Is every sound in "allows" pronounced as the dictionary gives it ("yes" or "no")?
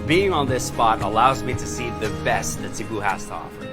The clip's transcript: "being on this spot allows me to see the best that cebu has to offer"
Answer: yes